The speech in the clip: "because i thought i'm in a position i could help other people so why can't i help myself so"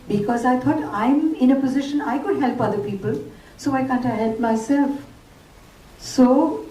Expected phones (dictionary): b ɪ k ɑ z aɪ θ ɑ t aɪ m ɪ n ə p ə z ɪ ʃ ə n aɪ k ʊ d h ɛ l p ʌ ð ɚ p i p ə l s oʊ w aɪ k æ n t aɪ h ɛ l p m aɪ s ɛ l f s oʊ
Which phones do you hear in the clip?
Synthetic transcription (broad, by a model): b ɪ k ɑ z aɪ t ɑ t aɪ m ɪ n ə p ə z ɪ ʃ ə n aɪ k ʊ d h ɛ l p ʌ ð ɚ p i p ə l s oʊ aɪ k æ n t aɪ h ɛ l p m aɪ s ɛ l f s oʊ